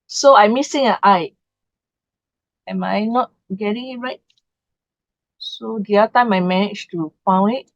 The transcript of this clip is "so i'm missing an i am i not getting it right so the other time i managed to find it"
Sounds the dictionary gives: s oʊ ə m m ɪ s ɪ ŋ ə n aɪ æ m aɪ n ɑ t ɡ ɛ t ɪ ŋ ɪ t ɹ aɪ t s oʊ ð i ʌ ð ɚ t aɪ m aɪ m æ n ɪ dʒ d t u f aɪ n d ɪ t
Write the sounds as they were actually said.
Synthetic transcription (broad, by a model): s oʊ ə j m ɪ s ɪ ŋ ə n aɪ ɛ m aɪ n ɑ t ɡ ɛ t ɪ ŋ ɪ t ɹ aɪ t s oʊ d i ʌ ɚ t aɪ m aɪ m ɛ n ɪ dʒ t u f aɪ n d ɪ t